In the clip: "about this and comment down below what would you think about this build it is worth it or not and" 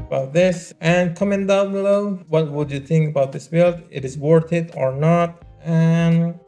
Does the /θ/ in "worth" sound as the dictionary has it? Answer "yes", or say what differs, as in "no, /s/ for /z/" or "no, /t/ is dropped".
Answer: no, /t/ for /θ/